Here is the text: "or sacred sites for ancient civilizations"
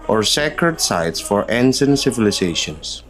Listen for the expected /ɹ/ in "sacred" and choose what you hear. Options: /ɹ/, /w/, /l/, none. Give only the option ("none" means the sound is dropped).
/ɹ/